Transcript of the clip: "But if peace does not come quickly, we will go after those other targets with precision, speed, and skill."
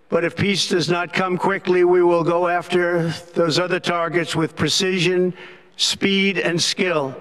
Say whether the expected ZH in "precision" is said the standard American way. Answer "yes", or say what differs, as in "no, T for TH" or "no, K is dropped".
yes